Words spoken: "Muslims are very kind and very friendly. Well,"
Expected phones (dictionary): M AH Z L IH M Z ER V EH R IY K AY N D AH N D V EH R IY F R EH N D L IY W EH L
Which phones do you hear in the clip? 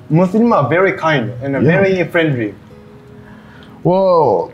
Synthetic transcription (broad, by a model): M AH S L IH M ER V EH R IY K AY N D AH N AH V EH R IY F R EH N D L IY W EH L